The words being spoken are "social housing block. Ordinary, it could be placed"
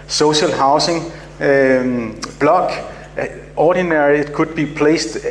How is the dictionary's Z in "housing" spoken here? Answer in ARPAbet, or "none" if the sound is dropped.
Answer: S